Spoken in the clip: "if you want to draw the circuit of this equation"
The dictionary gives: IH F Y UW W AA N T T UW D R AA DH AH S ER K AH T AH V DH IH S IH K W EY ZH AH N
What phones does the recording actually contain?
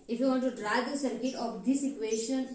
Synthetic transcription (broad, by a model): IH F Y UW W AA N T T UW D R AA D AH S ER K AH T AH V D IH S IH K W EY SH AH N